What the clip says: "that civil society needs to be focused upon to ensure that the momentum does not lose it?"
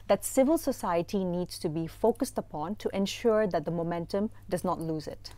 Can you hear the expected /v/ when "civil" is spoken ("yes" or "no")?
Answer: yes